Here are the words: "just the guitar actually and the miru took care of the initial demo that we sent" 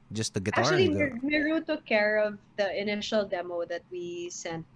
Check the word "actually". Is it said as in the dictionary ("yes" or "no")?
no